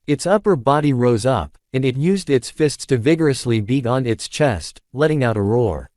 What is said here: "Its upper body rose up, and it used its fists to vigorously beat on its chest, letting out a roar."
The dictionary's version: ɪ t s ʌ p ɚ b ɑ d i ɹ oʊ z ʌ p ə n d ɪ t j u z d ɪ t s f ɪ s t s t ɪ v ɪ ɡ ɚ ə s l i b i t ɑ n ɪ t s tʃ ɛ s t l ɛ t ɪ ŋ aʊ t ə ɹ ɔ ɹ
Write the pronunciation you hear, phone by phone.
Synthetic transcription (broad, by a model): ɪ t s ʌ p ɚ b ɑ d i ɹ oʊ z ʌ p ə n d ɪ t j u z d ɪ t s f ɪ s t s t ɪ v ɪ ɡ ɚ ə s l i b i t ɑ n ɪ t s tʃ ɛ s t l ɛ t ɪ ŋ aʊ t ə ɹ ɔ ɹ